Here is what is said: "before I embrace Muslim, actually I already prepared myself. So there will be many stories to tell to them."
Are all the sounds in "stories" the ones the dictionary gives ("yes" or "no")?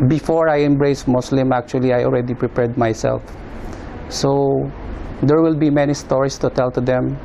no